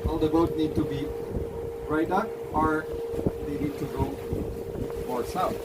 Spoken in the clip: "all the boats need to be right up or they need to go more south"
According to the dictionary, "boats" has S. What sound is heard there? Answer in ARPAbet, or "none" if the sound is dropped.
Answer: none